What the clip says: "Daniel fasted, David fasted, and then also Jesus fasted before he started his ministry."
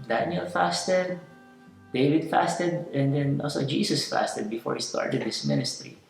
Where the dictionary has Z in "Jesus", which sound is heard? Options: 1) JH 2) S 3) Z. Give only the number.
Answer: 2